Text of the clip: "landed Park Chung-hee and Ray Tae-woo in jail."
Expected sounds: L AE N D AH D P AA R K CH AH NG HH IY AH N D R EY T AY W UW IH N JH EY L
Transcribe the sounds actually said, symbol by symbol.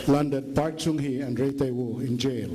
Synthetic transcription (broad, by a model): L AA N D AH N P AA R K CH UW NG HH IY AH N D R EY T AY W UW IH N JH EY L